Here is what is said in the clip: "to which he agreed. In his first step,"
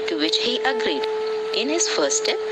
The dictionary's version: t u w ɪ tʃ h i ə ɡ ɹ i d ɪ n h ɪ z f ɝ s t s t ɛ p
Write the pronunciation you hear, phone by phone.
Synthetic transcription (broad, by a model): t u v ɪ tʃ h i ə ɡ ɹ i d ɪ n h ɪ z f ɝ t s t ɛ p